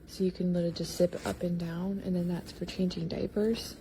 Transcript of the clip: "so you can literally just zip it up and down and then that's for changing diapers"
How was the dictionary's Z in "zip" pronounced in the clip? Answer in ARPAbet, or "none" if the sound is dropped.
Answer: S